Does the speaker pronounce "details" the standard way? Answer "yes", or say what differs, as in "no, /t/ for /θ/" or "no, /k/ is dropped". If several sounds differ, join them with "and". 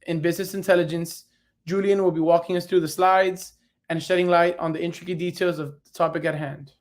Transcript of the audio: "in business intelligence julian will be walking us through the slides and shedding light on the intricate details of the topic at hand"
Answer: yes